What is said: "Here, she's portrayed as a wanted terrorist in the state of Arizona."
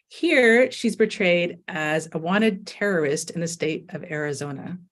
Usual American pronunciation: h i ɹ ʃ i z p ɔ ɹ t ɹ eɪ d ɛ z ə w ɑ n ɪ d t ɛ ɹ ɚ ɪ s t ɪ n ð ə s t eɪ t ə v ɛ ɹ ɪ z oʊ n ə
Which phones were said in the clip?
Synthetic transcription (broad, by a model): h i ɹ ʃ i z p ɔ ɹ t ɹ eɪ d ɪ z ə w ɑ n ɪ d t ɛ ɹ ɚ ɪ s t ɪ n ð ə s t eɪ t ə v ɛ ɹ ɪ z oʊ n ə